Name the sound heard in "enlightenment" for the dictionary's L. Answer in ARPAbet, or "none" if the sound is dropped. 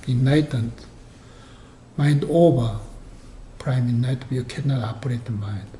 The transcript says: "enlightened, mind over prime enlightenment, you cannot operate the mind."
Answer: none